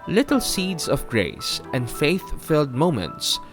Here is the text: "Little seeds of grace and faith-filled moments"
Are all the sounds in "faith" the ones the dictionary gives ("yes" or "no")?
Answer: yes